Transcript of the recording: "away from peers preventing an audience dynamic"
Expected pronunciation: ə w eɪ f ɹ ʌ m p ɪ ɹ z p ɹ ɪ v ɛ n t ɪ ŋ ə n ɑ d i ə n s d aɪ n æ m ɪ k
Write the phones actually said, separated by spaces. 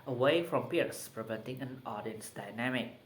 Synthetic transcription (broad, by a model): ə w eɪ f ɹ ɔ m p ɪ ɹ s p ɹ ɪ v ɛ n t ɪ ŋ ə n ɑ d i ə n s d aɪ n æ m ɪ k